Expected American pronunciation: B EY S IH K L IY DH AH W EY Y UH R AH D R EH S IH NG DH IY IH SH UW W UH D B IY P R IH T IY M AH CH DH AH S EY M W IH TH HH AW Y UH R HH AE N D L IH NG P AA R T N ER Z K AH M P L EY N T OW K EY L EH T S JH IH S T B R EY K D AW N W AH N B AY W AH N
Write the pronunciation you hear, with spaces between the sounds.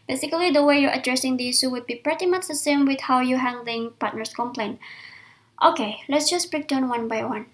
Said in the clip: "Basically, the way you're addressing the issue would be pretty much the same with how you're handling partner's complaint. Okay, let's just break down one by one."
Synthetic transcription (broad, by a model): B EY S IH K L IY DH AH W EY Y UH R AH D R EH S IH NG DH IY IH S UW W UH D B IY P R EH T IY M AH CH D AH S EY M W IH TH HH AW Y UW HH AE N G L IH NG P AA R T N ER S K AH M P L EY N T OW K EY L EH T S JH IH S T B R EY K D AW N W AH N B AY W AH N